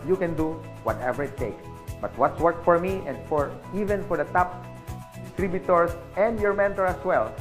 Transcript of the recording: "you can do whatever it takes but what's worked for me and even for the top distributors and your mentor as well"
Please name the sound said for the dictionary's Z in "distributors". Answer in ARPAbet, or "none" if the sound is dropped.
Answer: S